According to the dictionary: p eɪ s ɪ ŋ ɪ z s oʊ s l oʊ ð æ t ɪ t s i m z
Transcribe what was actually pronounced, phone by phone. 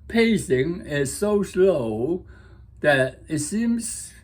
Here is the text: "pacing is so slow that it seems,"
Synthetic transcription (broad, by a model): p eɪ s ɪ ŋ ɪ z s oʊ s l oʊ ð æ t ɪ t s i m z